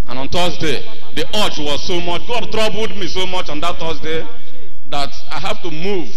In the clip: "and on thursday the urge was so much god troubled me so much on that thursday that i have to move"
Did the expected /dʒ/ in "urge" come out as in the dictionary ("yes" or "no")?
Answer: no